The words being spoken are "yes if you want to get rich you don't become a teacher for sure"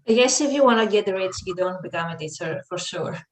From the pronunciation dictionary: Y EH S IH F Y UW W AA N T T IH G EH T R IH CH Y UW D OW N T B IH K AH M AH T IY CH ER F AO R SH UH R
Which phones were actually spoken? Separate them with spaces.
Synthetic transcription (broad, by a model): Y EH S IH F Y UW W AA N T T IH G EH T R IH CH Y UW D OW N T B IH K AH M AH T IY S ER F AO R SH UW R